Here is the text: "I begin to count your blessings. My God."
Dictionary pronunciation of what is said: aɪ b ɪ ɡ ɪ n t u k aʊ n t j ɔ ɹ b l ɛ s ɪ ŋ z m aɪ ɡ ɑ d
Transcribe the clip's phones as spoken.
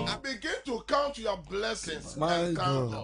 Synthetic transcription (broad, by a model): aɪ b ɪ ɡ ɪ n t u k aʊ n t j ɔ b l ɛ s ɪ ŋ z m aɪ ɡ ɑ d